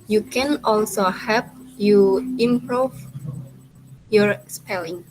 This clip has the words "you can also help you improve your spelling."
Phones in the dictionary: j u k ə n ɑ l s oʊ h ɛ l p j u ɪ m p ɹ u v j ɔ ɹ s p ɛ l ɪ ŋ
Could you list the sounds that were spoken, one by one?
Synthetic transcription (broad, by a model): j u k ə n ɑ l s oʊ h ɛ p j u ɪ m p ɹ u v j ɔ ɹ s p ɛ l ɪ ŋ